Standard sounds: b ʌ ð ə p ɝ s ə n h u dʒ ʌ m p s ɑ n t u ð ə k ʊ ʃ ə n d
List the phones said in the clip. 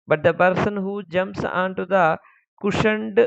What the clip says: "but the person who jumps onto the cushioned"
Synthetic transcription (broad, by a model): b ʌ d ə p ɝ s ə n h u dʒ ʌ m s ɑ n t u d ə k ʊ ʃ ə n d